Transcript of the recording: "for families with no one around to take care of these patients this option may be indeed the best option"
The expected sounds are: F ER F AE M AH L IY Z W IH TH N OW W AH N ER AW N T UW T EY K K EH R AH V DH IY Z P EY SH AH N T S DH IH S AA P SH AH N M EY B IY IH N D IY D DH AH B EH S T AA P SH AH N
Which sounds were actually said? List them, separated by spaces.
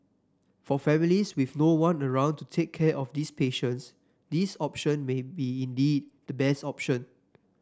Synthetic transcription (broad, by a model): F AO F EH M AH L IY S W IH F N OW W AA N ER AW N T UW T EY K K EH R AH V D IY S P EY SH AH N T S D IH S AA P SH AH N M EY B IY IH N D IY D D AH B EH S T AA P SH AH N